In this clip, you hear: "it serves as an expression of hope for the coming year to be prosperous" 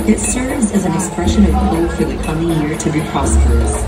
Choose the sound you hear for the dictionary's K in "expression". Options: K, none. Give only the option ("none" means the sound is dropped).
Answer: K